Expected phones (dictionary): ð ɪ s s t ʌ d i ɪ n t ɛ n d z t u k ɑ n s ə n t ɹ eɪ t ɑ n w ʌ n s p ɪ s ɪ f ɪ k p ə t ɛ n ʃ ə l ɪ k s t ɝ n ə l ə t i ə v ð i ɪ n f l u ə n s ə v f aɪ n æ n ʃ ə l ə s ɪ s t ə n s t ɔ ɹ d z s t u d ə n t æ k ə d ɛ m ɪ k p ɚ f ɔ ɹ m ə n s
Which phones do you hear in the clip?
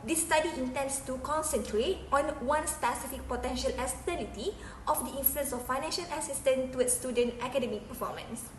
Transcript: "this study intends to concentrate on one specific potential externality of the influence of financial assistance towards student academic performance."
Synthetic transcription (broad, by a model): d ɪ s s t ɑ d i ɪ n t ɛ n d s t u k ɑ n s ə n t ɹ eɪ t ɑ n w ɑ n s p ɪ s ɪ f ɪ k p ə t ɛ n ʃ ə l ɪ s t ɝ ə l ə t i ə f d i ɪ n f l u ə n s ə f aɪ n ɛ n ʃ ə l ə s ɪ s t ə n t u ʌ s t u d ə n t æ k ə d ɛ m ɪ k p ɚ f ɔ m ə n s